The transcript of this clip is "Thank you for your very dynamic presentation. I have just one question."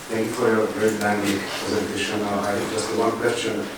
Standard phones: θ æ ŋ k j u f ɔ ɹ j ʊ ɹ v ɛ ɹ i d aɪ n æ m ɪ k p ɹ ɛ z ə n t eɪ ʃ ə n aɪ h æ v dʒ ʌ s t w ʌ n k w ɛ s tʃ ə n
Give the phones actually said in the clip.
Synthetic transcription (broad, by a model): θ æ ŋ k j u f ɔ ɹ j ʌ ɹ p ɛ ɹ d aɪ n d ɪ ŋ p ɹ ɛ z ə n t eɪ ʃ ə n aɪ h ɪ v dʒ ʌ s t w ʌ n k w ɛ s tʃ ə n